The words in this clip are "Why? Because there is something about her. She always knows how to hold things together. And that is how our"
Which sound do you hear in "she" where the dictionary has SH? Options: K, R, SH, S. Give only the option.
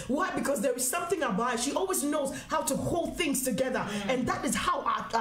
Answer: SH